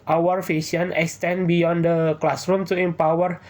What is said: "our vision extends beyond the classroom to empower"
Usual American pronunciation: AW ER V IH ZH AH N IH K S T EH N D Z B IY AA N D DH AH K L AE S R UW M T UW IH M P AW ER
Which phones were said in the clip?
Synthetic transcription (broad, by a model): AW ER F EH S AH N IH K S T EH N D B IY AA N D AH K L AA S R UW M T UW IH M P AW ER